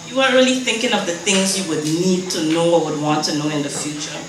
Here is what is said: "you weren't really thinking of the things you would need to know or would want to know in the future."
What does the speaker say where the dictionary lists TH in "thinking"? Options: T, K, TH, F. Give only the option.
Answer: TH